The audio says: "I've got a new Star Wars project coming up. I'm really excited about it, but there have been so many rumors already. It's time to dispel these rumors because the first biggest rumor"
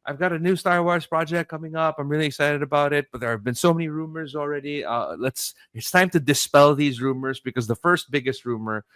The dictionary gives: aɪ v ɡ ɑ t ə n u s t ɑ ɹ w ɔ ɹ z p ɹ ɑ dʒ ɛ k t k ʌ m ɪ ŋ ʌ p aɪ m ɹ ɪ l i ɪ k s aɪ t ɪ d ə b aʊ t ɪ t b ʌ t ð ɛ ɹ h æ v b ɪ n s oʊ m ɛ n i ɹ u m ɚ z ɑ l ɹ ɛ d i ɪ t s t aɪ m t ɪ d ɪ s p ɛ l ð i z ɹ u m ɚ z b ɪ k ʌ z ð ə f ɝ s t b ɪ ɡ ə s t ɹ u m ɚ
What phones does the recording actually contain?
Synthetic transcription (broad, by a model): aɪ v ɡ ɑ t ə n u s t ɑ ɹ w ɔ ɹ z p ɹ ɑ dʒ ɛ k k ʌ m ɪ ŋ ʌ p aɪ m ɹ ɪ l i ɪ k s aɪ t ɪ d ə b aʊ t ɪ t b ʌ t ð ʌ ɹ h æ v b ɪ n s oʊ m ɛ n i ɹ u m ɚ z l ɹ ɛ d i ɪ t s t aɪ m t ɪ d ɪ s p ɛ l ð i z ɹ u m ɚ z b ɪ k ʌ z ð ə f ɝ s t b ɪ ɡ ə s t ɹ u m ɚ